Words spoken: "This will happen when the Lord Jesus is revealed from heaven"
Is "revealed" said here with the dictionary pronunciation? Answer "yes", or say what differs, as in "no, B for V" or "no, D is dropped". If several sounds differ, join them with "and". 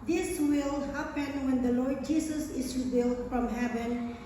no, B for V